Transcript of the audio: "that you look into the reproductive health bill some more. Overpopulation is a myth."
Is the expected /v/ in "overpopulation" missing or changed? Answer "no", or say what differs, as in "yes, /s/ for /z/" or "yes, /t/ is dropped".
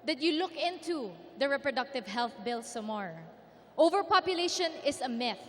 no